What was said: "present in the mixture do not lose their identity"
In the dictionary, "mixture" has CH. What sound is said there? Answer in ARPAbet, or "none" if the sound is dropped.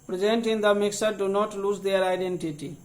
none